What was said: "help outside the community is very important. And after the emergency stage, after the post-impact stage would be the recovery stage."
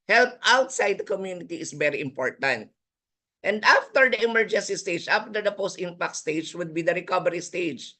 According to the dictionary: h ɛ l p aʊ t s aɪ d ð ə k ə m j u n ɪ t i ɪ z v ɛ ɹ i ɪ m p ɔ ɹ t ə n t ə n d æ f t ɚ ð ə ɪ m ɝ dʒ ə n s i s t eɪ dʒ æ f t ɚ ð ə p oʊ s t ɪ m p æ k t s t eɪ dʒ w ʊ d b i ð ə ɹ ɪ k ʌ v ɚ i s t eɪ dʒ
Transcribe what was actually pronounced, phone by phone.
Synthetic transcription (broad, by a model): h ɛ l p aʊ t s aɪ d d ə k ə m j u n ɪ t i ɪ s v ɛ ɹ i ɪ m p ɔ ɹ t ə n t ə n d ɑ f t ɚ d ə ɪ m ɝ dʒ ə n s i s t eɪ dʒ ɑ f t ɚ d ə p oʊ s t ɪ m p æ k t s t eɪ dʒ w ʊ d b i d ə ɹ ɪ k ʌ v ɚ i s t eɪ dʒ